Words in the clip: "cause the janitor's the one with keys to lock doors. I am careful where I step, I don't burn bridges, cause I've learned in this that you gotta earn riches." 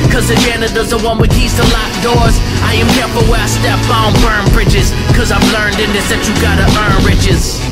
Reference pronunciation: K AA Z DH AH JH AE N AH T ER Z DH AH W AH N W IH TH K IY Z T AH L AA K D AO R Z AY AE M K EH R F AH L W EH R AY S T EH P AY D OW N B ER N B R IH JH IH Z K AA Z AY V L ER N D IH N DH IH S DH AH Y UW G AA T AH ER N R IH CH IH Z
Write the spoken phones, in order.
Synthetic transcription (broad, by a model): K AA Z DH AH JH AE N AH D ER Z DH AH W AH N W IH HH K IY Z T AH L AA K D AO R Z AY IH M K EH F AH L W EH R AY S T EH B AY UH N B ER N B R IH JH IH Z K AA Z AY V L ER N D IH N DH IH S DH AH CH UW G AA T AH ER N R IH CH IH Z